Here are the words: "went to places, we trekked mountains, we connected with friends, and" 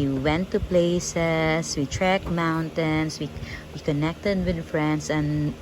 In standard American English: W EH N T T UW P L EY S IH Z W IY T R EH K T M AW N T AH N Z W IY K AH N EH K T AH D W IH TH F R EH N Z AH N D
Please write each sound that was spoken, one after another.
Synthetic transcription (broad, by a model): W EH N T T UW P L EY S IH S W IY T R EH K M AW N T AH N S W IY K AH N EH K T AH D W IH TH F R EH N S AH N